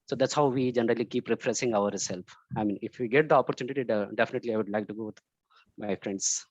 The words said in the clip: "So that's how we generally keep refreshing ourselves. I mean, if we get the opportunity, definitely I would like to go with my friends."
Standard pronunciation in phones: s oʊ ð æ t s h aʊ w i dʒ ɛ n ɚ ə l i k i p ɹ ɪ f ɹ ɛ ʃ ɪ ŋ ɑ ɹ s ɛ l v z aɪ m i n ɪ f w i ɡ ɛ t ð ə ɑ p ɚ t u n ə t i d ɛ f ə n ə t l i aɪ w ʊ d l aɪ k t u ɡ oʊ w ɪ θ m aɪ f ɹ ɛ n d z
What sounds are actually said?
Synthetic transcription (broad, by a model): s oʊ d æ t s h aʊ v i dʒ ɛ n ɚ ə l i k i p ɹ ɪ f ɹ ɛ s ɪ ŋ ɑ ɹ s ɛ l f aɪ m i n ɪ f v i ɡ ɛ t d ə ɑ p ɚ t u n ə t i d ɛ f ə n ə t l i aɪ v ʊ d l aɪ k t u ɡ oʊ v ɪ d m aɪ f ɹ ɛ n d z